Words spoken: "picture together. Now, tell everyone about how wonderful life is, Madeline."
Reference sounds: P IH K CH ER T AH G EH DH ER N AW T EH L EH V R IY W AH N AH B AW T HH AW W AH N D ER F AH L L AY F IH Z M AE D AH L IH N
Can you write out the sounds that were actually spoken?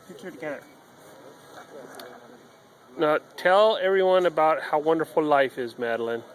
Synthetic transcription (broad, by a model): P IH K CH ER T AH G EH DH ER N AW T EH L EH V R IY W AH N AH B AW T HH AW W AH N D ER F L L AY F IH Z M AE D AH L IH N